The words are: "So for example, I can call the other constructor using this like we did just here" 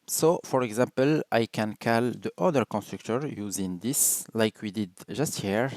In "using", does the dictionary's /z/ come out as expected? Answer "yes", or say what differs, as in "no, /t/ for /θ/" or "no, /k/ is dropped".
yes